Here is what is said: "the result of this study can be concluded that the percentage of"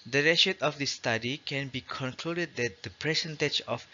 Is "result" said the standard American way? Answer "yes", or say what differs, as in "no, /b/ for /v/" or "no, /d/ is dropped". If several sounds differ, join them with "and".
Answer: no, /l/ is dropped